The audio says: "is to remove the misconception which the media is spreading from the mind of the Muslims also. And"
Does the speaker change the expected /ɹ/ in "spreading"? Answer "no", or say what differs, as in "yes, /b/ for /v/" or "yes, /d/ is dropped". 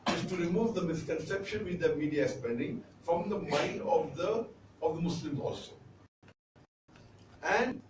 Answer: yes, /ɹ/ is dropped